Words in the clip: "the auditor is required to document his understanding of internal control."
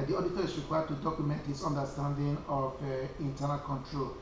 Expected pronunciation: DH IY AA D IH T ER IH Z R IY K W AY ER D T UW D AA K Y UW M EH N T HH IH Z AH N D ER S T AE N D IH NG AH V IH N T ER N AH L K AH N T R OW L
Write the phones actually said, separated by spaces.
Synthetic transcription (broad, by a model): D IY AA D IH T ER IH S R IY K W AY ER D T UW D AA K Y UW M EH N T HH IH S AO N D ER S T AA N D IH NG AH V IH N T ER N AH L K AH N T R OW L